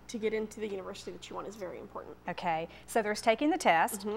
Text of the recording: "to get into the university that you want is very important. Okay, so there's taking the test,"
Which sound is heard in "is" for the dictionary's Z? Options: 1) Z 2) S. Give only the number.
1